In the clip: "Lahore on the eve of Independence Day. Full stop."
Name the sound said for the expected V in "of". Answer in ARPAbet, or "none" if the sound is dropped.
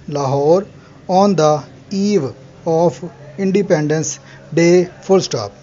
P